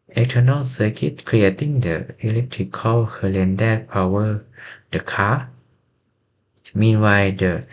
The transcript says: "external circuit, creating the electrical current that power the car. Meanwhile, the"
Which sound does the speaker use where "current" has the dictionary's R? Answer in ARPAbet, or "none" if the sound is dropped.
L